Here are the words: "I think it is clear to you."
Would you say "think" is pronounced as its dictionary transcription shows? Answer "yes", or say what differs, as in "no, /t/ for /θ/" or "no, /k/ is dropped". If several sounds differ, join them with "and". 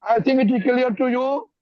no, /t/ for /θ/